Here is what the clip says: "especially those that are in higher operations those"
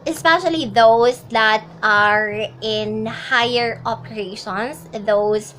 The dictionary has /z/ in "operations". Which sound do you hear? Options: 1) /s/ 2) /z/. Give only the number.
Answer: 1